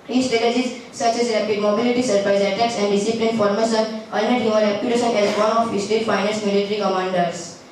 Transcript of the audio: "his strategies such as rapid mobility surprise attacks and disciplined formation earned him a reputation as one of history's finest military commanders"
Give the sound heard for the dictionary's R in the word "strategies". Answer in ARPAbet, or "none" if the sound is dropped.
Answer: none